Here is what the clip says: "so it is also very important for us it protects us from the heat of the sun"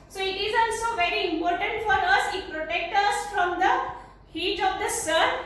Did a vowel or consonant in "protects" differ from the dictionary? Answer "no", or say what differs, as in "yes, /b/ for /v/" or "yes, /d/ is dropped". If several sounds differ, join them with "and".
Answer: yes, /s/ is dropped